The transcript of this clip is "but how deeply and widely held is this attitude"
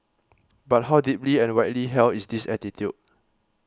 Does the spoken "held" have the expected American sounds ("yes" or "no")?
no